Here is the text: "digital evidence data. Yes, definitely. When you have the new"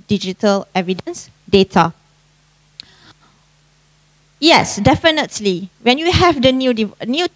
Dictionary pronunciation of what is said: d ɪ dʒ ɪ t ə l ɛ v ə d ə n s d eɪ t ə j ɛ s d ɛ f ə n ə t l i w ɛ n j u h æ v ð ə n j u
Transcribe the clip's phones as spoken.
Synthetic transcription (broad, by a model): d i dʒ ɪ t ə l ɛ v ə d ə n s d eɪ t ə j ɛ s d ɛ f ə n ə t l i w ɛ n j u h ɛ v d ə n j u